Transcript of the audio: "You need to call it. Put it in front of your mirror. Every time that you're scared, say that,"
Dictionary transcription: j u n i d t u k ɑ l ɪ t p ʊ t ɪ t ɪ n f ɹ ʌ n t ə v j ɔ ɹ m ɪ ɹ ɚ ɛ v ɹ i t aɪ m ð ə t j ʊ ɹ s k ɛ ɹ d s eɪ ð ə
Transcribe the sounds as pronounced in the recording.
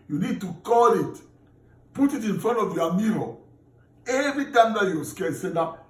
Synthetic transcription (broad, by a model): j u n i d t u k ɑ l ɪ t p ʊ t ɪ t ɪ n f ɹ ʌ n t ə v j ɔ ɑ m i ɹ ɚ ɛ v ɹ i t aɪ m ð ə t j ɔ s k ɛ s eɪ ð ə